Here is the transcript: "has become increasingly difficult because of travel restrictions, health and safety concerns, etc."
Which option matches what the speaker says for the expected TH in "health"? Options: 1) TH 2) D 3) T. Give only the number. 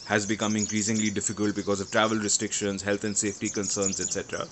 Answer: 3